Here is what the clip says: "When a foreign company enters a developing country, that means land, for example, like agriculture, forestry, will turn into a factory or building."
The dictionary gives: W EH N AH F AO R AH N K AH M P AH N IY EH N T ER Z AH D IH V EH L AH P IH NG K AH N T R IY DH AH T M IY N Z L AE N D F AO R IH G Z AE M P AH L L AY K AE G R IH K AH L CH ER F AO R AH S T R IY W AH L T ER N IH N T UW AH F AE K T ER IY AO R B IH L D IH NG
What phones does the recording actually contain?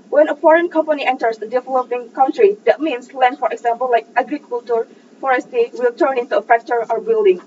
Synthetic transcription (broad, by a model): W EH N AH F AO R AH N K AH M P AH N IY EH N T ER S AH D IH V EH L AH P IH NG K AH N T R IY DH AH T M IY N S L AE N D F AO R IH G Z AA M P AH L L AY K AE G R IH K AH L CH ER F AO R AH S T IY W AH L T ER N IH N T UW AH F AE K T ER AO R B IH L D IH NG